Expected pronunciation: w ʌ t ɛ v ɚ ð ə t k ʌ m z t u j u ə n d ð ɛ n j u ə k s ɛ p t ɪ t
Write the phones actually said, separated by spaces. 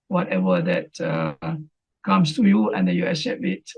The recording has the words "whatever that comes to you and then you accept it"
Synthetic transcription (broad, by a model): w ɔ t ɛ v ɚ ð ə t k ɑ m s t u j u ə n d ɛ n j u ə s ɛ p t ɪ t